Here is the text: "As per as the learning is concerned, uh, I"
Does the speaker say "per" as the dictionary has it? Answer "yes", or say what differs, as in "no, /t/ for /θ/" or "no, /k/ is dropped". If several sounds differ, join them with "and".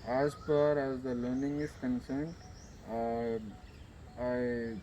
no, /f/ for /p/